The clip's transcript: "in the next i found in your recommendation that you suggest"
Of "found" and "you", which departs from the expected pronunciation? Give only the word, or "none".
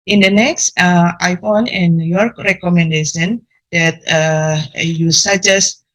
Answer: found